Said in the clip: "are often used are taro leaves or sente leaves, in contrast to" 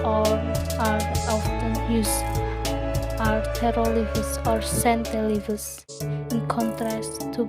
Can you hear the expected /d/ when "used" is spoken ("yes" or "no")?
no